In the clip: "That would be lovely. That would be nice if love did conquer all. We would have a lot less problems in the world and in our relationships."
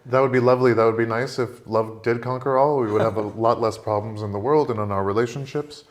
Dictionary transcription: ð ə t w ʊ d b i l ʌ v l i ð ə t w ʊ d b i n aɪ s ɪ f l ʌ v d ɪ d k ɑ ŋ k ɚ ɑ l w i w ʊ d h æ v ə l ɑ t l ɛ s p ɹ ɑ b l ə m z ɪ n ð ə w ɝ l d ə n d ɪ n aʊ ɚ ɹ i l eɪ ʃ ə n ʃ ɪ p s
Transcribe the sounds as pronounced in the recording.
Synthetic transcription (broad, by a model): ð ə t w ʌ d b i l ʌ v l i ð ə t w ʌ d b i n aɪ s ɪ f l ʌ v d ɪ d k ɑ ŋ k ɚ ɑ l w i w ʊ d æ v ə l ɑ t l ɛ s p ɹ ɑ b l ə m z ɪ n ð ə w ɝ l d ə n ɪ n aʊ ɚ ɹ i l eɪ ʃ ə n ʃ ɪ p s